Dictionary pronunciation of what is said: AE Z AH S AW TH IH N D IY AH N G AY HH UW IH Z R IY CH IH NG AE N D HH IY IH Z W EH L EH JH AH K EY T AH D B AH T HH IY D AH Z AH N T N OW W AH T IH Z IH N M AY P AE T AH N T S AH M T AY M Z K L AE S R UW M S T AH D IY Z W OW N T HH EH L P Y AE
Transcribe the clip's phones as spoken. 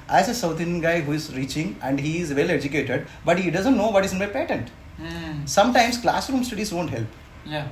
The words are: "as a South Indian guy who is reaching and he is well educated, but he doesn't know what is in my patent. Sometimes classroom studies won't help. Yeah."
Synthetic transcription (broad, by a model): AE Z AH S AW T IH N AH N G AY HH UW IH Z R IY CH IH NG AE N D HH IY IH Z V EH L EH JH AH K EY T AH D B AH T HH IY D AH Z AH N T N OW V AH T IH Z IH N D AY P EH T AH N T S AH M T AY M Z K L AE S R UW M S T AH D IY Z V OW N T HH EH L P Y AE